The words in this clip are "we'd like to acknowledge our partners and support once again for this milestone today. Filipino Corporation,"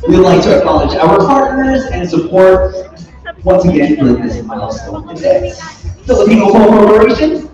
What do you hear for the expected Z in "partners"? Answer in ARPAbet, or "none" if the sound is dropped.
Z